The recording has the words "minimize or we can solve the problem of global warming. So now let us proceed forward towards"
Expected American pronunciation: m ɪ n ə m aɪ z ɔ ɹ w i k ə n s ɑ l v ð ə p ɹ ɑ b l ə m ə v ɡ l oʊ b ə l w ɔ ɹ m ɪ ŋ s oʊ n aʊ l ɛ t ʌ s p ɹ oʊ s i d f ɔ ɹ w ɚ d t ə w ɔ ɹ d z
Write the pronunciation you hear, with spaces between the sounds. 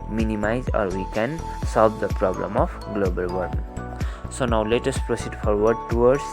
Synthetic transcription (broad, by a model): m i n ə m aɪ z ɔ ɹ w i k ə n s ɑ l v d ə p ɹ ɑ b l ə m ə p ɡ l oʊ b ə l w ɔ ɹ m s oʊ n aʊ l ɛ t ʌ s p ɹ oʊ s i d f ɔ ɹ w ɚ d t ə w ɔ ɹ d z